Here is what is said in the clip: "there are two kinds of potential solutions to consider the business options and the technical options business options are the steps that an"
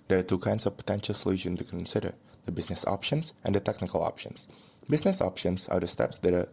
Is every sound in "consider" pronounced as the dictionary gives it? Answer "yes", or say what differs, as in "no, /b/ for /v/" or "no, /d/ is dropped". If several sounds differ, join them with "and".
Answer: yes